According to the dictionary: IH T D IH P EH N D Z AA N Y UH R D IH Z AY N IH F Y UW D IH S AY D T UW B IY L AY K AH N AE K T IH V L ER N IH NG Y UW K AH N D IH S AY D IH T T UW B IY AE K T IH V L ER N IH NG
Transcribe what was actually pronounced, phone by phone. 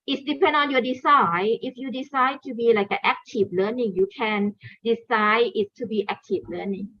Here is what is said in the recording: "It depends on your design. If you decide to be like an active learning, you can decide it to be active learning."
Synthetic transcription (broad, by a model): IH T D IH P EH N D AA N Y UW D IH S AY IH F Y UW D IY S AY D T UW B IY L AY K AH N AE K T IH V L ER N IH NG Y UW K AH N D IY S AY IH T T UW B IY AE K T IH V L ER N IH NG